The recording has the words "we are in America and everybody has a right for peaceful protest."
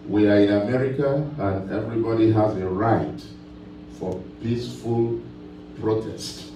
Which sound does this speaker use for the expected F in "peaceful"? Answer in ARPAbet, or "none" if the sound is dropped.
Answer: F